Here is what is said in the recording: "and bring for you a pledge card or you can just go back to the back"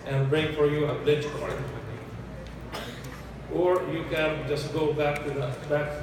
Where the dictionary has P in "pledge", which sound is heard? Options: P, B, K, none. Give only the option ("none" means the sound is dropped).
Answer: B